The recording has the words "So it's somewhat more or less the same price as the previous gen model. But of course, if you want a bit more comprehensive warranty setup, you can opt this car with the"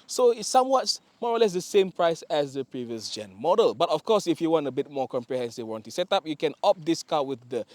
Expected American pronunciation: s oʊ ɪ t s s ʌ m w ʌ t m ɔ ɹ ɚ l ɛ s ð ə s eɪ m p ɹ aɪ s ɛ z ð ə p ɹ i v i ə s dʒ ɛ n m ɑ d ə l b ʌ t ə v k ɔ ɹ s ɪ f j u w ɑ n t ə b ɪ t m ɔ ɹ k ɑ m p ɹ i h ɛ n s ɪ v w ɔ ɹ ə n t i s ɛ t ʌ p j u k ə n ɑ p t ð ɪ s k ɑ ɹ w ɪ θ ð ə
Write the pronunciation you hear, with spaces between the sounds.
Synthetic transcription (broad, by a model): s oʊ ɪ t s s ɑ m w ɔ t m ɔ ɹ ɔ l ɛ s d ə s eɪ m p ɹ aɪ s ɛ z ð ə p ɹ i v i ə s dʒ ɛ n m ɑ d ə l b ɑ t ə f k ɔ s ɪ f j u w ɑ n t ə b ɪ t m ɔ k ɑ m p ɹ i h ɛ n s ɪ v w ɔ n t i s ɛ t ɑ p j u k ə n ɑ p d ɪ s k ɑ w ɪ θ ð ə